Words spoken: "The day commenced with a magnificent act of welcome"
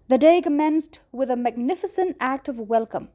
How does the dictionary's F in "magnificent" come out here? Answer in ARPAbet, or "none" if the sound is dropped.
F